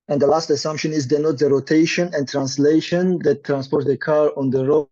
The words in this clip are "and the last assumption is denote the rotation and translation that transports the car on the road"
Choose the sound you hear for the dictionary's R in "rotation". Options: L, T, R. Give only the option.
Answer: R